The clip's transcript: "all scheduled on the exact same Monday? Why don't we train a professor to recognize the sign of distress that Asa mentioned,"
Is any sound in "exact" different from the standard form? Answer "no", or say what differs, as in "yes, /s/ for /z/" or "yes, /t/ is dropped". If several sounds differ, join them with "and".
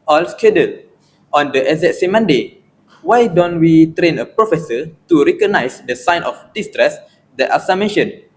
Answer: yes, /k/ is dropped